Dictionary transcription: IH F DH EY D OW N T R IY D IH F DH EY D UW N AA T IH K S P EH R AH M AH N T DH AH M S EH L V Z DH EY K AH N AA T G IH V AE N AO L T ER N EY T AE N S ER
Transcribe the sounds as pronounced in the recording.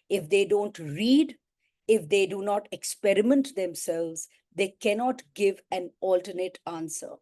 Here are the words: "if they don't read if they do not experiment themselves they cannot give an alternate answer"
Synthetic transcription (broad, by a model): IH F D EY D OW N T R IY D IH F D EY D UW N AA T IH K S P EH R AH M AH N T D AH M S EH L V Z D EY K AH N AA T G IH V AE N AO L T ER N EY T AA N S ER